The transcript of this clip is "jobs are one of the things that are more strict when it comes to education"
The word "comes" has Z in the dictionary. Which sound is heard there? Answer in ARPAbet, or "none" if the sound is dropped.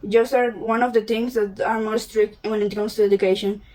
S